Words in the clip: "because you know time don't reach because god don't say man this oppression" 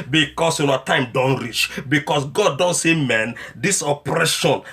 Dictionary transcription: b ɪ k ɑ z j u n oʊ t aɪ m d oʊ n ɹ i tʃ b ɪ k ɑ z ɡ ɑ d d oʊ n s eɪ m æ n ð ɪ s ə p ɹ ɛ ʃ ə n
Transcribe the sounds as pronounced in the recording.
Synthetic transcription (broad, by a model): b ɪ k ɑ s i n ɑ t aɪ m d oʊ n ɹ i tʃ b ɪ k ɑ s ɡ ɑ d d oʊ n s eɪ m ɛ n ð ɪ s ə p ɹ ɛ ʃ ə n